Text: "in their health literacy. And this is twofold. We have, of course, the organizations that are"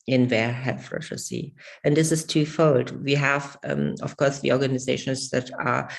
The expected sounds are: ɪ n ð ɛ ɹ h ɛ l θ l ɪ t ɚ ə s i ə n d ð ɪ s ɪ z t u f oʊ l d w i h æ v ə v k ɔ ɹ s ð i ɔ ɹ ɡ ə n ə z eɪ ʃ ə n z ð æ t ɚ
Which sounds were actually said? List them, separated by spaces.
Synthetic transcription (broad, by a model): ɪ n ð ɛ ɹ h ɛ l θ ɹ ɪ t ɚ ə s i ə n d ð ɪ s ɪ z t u f oʊ l d w i h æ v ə f k ɔ ɹ s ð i ɔ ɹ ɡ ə n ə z eɪ ʃ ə n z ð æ t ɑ